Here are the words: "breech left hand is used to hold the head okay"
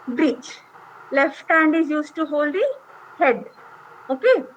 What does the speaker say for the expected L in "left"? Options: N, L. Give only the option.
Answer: L